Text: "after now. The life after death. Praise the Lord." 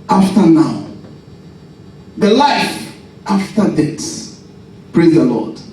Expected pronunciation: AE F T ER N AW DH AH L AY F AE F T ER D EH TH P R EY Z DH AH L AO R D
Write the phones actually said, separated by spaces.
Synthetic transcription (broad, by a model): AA F T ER N AW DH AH L AY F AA F T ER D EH S P R EY Z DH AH L AO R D